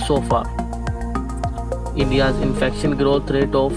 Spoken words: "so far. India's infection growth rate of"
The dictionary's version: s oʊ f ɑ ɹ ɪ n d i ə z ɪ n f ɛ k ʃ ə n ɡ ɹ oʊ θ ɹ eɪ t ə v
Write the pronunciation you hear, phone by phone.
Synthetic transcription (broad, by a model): s oʊ f ɑ ɹ ɪ n d i ə z ɪ n f ɛ k ʃ ə n ɡ ɹ oʊ t ɹ eɪ t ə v